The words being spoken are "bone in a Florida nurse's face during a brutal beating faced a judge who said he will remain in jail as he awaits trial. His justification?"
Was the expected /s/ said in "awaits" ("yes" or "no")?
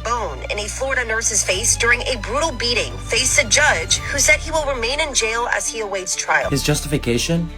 yes